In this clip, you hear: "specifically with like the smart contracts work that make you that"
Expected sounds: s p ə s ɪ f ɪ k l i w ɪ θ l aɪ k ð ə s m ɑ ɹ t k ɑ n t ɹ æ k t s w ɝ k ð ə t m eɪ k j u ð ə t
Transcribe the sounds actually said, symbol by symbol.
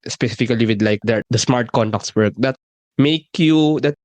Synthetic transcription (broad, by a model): s p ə s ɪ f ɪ k l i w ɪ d l aɪ k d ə s m ɑ ɹ t k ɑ n t ɑ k t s w ɝ k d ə t m eɪ k j u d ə t